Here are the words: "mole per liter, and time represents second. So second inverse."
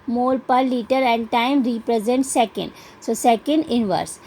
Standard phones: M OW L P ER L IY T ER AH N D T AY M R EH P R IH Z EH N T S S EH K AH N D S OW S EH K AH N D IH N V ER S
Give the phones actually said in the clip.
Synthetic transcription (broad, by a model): M OW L P ER L IY T ER AH N D T AY M R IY P R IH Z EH N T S S EH K AH N D S OW S EH K AH N D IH N V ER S